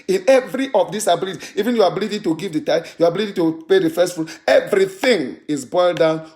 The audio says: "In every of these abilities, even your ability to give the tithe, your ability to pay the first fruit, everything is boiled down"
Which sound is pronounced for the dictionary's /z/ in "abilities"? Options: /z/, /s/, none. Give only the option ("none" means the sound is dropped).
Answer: none